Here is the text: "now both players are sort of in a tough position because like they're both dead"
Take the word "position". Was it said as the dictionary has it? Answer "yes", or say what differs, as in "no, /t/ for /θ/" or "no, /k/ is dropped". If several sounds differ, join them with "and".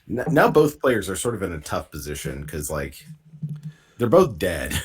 yes